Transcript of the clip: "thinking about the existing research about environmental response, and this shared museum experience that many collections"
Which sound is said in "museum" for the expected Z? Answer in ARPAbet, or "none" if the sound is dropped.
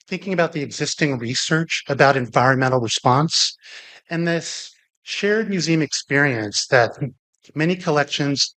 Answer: Z